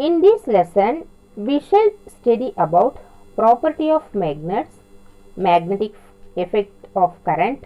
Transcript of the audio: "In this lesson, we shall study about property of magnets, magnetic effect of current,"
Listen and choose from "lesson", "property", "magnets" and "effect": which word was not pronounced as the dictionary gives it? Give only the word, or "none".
none